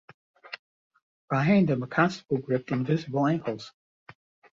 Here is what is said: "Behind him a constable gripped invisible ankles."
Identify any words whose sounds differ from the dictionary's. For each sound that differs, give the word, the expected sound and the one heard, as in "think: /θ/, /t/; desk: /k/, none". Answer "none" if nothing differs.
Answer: constable: /n/, none